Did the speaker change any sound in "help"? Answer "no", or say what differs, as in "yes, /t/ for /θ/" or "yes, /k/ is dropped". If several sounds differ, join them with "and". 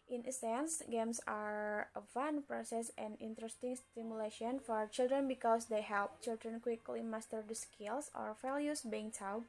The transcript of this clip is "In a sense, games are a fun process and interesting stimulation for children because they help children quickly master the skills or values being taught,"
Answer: no